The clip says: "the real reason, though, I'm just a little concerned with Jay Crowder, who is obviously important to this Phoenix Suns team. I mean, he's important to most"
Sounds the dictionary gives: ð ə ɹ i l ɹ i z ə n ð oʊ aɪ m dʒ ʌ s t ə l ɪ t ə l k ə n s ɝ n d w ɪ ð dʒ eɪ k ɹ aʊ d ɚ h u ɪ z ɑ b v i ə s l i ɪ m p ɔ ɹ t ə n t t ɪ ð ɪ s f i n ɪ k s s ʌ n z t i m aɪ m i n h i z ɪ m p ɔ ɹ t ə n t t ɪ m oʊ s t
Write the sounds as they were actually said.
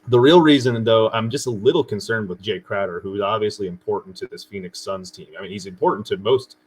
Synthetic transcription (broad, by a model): ð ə ɹ i l ɹ i z ə n ð oʊ aɪ m dʒ ʌ s t ə l ɪ t l k ə n s ɝ n d w ɪ ð dʒ eɪ k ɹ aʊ d ɚ h u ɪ z ɑ b v i ə s l i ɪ m p ɔ ɹ t n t t ɪ ð ɪ s f i n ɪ k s s ʌ n z t i m aɪ m i n h i z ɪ m p ɔ ɹ t n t t ɪ m oʊ s t